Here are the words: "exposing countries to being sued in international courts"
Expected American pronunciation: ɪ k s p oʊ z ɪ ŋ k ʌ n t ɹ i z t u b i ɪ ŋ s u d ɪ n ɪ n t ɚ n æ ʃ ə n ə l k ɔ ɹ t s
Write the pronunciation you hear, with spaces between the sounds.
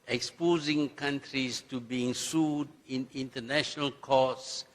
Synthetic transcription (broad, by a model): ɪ k s p oʊ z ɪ ŋ k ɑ n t ɹ i s t u b i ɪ ŋ s u d ɪ n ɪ n t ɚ n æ ʃ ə n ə l k ɔ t s